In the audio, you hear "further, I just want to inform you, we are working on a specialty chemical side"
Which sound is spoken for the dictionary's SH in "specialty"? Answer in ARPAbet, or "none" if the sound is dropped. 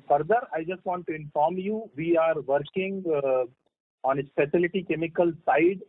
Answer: S